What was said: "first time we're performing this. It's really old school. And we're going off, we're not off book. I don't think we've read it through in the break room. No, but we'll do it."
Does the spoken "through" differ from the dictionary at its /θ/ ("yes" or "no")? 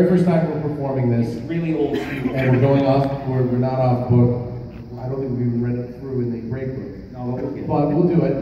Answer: no